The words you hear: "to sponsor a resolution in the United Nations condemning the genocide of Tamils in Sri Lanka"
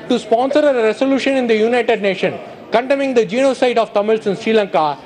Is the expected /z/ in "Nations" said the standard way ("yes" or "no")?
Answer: no